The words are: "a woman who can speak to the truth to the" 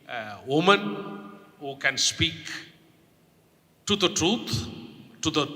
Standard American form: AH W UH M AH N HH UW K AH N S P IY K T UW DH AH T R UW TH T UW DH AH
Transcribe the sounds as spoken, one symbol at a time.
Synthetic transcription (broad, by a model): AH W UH M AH N HH UW K AH N S P IY K T UW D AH T R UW T T UW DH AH